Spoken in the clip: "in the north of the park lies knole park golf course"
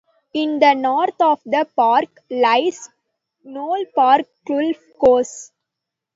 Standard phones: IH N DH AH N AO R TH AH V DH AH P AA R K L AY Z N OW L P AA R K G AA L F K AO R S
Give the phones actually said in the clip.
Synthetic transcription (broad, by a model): IH N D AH N AO R T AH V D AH P AA R K L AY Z N OW L P AA R K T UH L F K AO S